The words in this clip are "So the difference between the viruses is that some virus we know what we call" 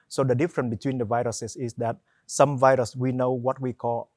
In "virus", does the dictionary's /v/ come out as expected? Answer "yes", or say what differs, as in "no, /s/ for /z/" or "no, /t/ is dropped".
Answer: yes